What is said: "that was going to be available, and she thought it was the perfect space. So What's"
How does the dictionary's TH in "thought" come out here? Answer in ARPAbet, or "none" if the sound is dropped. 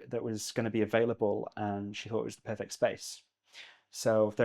TH